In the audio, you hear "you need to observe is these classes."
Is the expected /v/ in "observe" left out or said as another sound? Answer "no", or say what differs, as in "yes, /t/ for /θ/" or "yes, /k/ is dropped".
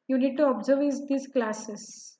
no